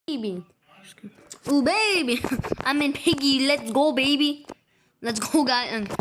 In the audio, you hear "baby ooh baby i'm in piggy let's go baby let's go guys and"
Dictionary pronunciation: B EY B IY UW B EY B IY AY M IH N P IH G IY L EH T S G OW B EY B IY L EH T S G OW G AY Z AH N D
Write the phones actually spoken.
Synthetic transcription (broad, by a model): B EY B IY UW B EY B IY AY M IH N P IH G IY L EH T S G OW B EY B IY L EH T S G OW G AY AH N